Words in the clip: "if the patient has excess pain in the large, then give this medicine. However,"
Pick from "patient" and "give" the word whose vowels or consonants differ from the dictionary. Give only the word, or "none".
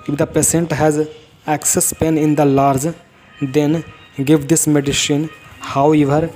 patient